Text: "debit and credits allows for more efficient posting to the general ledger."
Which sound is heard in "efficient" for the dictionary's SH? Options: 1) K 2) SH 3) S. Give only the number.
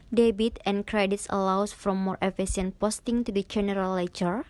3